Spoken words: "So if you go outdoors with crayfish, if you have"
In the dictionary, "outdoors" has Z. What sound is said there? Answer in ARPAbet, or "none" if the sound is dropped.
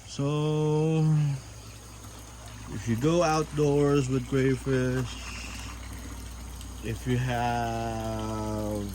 Z